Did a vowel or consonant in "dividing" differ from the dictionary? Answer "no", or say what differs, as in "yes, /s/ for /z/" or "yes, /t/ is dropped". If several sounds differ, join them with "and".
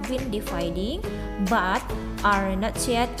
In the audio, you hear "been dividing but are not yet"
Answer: yes, /f/ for /v/